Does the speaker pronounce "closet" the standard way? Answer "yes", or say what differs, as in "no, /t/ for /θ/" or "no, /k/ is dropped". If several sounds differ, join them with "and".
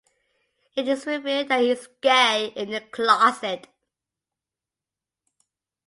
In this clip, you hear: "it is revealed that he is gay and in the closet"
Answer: no, /s/ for /z/